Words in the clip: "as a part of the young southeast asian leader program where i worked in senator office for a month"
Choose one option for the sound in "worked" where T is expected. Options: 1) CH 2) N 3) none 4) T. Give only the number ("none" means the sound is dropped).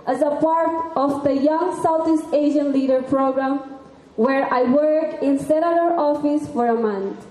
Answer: 3